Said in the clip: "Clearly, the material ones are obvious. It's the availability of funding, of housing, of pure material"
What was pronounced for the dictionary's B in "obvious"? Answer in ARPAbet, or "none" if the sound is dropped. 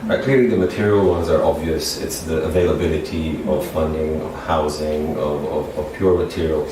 B